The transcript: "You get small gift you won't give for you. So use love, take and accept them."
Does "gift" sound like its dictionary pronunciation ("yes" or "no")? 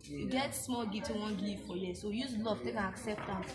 no